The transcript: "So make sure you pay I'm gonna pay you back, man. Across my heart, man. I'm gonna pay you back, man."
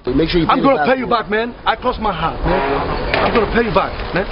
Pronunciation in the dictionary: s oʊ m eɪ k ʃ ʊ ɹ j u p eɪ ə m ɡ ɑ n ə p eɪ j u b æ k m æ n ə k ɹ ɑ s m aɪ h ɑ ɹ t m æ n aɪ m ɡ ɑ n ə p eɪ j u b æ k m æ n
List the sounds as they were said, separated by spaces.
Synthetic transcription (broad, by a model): m eɪ k ʃ ʊ ɹ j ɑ ə m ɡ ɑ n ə p eɪ j u b æ k m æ n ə k l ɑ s m aɪ h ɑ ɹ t m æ n aɪ m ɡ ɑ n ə p eɪ j u b æ k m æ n